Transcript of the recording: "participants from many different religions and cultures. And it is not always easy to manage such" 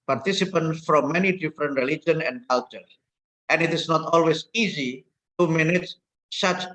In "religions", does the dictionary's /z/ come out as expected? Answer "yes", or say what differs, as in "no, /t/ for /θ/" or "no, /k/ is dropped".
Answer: no, /z/ is dropped